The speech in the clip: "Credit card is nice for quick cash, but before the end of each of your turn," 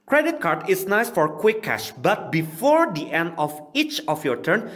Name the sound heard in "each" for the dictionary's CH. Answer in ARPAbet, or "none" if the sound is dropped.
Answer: CH